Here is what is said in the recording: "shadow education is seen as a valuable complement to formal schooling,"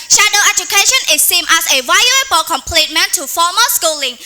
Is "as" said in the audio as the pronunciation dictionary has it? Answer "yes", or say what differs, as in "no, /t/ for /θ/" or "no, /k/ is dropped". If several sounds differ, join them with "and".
no, /s/ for /z/